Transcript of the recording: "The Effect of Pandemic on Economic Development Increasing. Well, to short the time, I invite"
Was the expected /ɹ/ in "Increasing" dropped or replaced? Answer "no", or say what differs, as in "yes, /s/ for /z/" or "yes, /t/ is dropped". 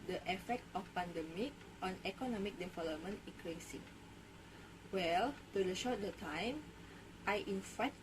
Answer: yes, /ɹ/ is dropped